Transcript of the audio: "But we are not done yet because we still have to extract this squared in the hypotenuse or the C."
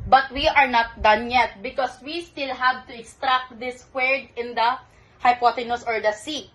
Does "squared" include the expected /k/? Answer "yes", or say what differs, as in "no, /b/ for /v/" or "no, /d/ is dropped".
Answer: no, /k/ is dropped